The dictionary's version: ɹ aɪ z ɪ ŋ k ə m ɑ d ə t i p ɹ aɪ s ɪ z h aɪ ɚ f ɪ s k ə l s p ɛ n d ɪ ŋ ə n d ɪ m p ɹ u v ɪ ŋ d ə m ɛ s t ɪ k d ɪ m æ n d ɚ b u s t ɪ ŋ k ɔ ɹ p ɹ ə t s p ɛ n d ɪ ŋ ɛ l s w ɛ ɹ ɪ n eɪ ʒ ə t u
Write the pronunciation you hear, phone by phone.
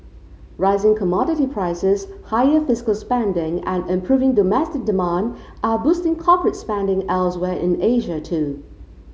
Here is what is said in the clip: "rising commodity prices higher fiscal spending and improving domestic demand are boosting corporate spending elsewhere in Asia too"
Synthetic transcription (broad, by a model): ɹ aɪ z ɪ ŋ k ə m ɑ d ə t i p ɹ aɪ s ɪ z h aɪ ɚ f ɪ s k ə l s p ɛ n d ɪ ŋ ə n ɪ m p ɹ u v ɪ ŋ d ə m ɛ s t ɪ k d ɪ m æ n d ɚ b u s t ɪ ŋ k ɔ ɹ p ɹ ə t s p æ n d ɪ ŋ ɛ l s w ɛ ɹ ɪ n eɪ ʒ ə t u